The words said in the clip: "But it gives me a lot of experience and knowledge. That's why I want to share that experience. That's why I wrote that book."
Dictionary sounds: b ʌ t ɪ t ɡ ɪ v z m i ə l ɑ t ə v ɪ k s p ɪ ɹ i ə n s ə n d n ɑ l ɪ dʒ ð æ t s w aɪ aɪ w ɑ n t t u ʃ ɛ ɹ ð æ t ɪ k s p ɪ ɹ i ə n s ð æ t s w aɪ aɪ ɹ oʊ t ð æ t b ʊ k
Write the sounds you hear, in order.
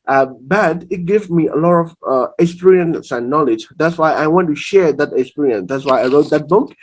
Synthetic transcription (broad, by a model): b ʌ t ɪ t ɡ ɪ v m i ə l ɑ t ə v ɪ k s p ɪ ɹ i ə n s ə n n ɑ l ɪ dʒ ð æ t s w aɪ aɪ w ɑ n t t u ʃ ɛ ɹ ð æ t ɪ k s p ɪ ɹ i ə n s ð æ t s w aɪ aɪ ɹ oʊ t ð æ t b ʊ k